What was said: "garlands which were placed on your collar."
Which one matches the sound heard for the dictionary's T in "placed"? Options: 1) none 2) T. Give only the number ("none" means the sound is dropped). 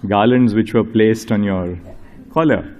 2